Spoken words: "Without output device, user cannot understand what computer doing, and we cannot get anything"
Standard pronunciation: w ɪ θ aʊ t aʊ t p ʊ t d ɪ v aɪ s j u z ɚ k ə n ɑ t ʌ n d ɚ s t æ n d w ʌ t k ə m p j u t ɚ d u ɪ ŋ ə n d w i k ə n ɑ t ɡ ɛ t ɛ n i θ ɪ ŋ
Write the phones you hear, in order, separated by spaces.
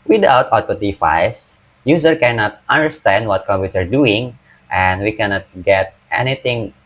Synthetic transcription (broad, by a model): w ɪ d aʊ t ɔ t ɔ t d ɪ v aɪ s j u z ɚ k ə n ɑ t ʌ n d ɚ s t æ n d w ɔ t k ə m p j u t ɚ d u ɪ ŋ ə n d w i k ə n ɑ t ɡ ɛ t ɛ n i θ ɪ ŋ